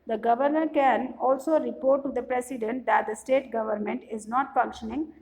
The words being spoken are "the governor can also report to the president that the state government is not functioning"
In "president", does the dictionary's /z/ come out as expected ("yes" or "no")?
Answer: no